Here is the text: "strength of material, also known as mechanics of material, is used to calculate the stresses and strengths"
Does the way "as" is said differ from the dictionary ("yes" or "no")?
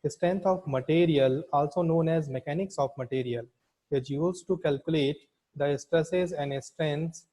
no